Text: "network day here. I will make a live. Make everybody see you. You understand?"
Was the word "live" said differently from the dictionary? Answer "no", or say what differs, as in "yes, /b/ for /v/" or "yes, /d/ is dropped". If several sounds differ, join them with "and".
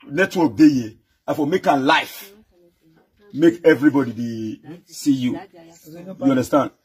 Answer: yes, /f/ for /v/